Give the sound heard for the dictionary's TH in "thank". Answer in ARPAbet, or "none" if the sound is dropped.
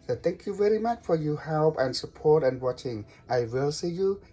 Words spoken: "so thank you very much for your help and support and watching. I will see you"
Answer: T